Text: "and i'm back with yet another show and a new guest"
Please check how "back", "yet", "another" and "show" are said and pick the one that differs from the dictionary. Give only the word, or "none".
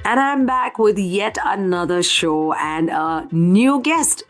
none